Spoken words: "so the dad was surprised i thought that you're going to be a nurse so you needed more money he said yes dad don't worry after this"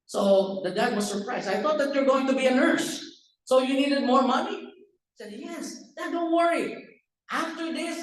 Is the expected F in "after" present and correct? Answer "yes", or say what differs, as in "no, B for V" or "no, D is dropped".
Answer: yes